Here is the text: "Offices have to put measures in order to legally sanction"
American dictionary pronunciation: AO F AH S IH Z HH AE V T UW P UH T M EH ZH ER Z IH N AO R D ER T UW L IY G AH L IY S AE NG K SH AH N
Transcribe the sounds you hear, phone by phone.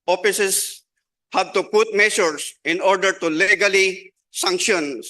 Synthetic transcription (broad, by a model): AO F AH S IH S HH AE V T UW P UH T M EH SH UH S IH N AO R D ER T UW L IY G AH L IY S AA NG K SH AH N